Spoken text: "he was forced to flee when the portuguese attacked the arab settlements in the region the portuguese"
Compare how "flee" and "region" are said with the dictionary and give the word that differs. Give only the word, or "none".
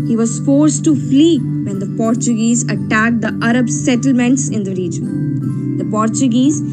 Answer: none